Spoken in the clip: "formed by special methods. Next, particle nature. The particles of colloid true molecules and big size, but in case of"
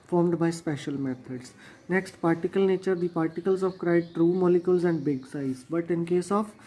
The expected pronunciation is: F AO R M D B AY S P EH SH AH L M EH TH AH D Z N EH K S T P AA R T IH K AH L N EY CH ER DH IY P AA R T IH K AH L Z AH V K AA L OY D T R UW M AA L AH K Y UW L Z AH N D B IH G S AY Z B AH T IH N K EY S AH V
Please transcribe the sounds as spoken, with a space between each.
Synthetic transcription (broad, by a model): F AO R M D B AY S P EH SH AH L M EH T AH D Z N EH K S T P AA R T IH K AH L N EY CH ER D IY P AA R T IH K AH L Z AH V K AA IH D T R UW M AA L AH K Y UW L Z AH N D B IH G S AY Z B AH T IH N K EY S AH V